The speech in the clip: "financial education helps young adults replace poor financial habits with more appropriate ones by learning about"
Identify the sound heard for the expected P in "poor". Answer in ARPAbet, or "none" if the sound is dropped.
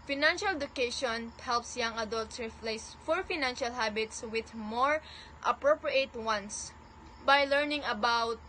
F